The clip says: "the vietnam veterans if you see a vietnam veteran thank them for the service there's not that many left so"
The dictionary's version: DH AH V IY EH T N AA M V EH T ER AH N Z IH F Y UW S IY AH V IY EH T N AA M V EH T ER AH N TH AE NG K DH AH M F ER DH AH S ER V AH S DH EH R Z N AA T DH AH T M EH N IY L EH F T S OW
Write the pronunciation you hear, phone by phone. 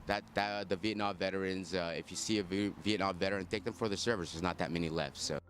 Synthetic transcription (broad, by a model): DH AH V IY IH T N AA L V EH T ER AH N Z IH F Y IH S IY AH V IY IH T N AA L V EH T ER AH N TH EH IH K DH AH M F ER DH AH S ER V AH S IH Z N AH T DH AH T M EH N IY L EH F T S OW